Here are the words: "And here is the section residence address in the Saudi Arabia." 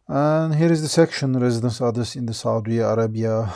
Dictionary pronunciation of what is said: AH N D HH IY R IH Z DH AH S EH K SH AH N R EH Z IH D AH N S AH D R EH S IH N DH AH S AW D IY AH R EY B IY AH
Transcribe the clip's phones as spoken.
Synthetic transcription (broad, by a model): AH N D HH IY R IH Z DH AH S EH K SH AH N R EH Z IH D AH N S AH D AH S IH N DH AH S AW D IY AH R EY B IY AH